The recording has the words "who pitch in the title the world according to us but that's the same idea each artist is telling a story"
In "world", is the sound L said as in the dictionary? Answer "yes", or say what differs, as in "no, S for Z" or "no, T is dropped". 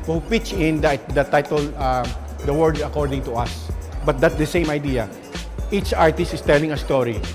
no, L is dropped